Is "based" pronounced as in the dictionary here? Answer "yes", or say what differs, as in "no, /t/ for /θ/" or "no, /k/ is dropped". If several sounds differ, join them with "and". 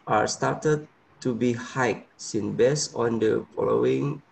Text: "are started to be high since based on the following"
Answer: no, /t/ is dropped